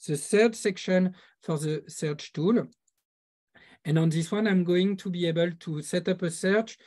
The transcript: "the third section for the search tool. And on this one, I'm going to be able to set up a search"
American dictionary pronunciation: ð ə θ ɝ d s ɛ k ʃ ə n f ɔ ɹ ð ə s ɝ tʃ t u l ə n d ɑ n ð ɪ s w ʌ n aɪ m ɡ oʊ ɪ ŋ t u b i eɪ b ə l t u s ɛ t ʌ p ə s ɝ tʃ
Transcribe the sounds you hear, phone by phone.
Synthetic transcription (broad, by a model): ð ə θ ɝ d s ɛ k ʃ ə n f ɔ ɹ ð ə s ɝ tʃ t u l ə n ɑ n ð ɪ s w ʌ n aɪ m ɡ oʊ ɪ ŋ t u b i eɪ b ə l t u s ɛ t ʌ p ə s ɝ tʃ